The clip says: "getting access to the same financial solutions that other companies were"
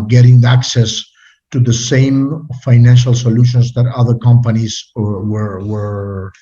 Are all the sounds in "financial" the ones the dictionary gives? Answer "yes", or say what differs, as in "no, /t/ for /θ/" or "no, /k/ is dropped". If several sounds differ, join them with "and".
yes